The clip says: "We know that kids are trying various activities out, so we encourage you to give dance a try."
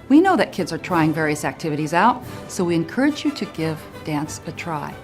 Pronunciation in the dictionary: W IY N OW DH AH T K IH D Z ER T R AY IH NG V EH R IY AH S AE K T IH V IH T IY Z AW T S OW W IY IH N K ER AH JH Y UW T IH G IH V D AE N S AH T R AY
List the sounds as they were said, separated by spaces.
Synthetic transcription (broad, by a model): W IY N OW DH AH T K IH D Z ER T R AY IH NG V EH R IY AH S AE K T IH V IH T IY Z AW T S OW W IY IH N K ER AH JH Y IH T IH G IH V D AE N S AH T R AY